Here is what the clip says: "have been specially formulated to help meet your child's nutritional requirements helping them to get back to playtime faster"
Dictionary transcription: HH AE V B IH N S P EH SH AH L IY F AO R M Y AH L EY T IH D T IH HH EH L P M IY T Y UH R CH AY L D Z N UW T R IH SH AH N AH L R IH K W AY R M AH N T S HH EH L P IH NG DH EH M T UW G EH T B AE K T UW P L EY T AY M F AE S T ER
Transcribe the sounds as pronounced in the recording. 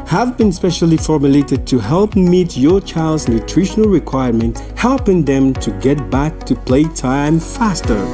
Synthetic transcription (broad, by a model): HH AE V B IH N S P EH SH AH L IY F AO R M Y AH L EY T IH D T IH HH EH L P M IY T Y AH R CH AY L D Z N UW T R IH SH AH N AH L R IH K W AY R M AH N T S HH EH L P IH NG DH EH M T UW G EH T B AE K T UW P L EY T AY M F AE S T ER